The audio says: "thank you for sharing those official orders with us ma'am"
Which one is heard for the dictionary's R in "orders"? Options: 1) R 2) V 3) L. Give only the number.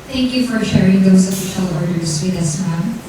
1